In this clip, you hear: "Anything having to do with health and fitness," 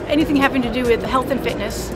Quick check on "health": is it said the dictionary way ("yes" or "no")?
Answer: yes